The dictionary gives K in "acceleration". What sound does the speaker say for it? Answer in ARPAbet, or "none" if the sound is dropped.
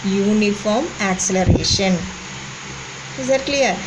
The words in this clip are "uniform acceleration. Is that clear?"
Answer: K